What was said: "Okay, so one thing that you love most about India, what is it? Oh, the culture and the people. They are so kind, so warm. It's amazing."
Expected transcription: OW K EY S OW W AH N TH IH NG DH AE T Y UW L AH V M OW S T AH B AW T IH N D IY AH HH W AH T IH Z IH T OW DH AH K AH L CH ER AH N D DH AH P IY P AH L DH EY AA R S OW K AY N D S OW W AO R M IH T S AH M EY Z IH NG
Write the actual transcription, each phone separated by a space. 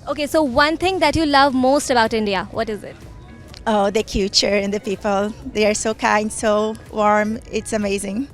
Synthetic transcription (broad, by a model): OW K EY S OW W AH N T IH NG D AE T Y UW L AH V M OW S T AH B AW T IH N D IY AH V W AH T IH Z IH T OW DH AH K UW CH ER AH N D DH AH P IY P AH L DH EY AA R S OW K AY N D S OW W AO R M IH T S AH M EY Z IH NG